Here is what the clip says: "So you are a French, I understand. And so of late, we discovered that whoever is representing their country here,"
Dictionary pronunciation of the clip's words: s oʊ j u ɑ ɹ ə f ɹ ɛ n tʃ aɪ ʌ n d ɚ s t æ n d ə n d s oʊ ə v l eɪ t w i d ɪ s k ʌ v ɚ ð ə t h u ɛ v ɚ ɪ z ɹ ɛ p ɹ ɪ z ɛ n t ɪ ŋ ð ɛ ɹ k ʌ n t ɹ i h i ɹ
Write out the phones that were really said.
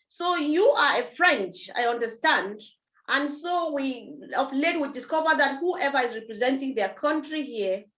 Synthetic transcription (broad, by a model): s oʊ j u ɑ ɹ ə f ɹ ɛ n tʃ aɪ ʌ n d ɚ s t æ n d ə n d s oʊ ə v l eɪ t w i d ɪ s k ʌ v ɚ ð ə t h u ɛ v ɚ ɪ z ɹ ɛ p ɹ ɪ z ɛ n t ɪ ŋ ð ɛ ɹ k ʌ n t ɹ i h i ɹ